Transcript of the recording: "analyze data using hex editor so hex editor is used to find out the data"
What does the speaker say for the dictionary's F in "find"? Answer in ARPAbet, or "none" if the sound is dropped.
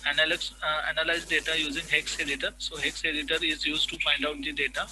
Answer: P